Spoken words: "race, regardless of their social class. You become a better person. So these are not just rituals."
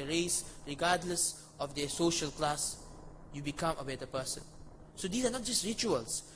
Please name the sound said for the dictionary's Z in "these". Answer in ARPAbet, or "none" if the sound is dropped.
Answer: S